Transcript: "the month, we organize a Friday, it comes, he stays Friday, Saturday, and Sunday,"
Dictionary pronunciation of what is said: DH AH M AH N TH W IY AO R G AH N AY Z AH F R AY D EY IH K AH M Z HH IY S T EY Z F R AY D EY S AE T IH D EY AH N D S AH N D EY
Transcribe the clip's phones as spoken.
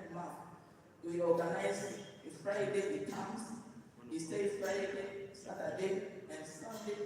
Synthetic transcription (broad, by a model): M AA TH W IY AO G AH N AY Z AH F R AY D EY IH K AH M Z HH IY S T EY F R AY D EY S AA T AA D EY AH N S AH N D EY